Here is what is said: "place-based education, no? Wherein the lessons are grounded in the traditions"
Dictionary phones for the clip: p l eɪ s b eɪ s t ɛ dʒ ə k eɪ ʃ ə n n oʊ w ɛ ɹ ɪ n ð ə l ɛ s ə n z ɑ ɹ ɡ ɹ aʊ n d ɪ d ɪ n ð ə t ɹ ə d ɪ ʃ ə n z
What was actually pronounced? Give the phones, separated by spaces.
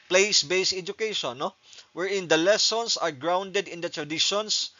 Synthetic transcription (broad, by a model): p l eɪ s b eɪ s ɛ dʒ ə k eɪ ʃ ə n n oʊ w ɛ ɹ ɪ n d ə l ɛ s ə n s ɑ ɹ ɡ ɹ aʊ n d ɪ d ɪ n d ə t ɹ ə d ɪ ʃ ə n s